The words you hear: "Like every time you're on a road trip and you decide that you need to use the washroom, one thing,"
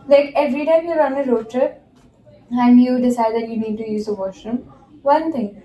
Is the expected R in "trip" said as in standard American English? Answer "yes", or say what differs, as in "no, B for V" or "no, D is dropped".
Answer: no, R is dropped